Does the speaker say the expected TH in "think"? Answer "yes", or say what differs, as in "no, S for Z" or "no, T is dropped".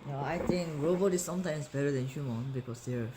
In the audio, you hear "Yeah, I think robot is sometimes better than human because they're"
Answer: no, T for TH